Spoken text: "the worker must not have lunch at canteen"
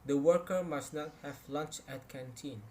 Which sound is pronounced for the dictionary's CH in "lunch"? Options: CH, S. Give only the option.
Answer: CH